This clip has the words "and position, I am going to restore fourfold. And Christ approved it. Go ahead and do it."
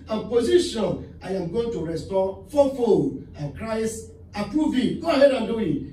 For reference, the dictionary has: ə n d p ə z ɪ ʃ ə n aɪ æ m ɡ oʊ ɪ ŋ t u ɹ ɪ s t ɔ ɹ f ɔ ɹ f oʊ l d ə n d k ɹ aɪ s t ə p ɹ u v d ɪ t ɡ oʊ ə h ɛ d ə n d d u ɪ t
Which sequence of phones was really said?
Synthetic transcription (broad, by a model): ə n p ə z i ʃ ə n aɪ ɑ m ɡ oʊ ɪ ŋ t u ɹ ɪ s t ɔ f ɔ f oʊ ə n k ɹ aɪ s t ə p ɹ u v ɪ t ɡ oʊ ə h ɛ d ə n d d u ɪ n